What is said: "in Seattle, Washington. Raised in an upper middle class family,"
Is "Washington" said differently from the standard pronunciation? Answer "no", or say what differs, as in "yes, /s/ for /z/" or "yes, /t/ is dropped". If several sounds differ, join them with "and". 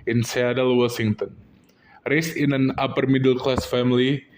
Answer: yes, /s/ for /ʃ/